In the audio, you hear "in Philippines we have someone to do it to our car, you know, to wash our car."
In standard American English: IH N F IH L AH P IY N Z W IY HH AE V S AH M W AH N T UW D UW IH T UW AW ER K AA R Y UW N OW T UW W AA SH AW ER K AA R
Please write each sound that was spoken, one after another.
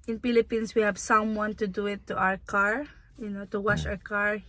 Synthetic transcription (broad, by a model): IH N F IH L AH P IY N S W IY HH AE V S AH M W AH N T UW D UW IH T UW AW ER K AA R Y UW N OW T UW W AA SH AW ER K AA R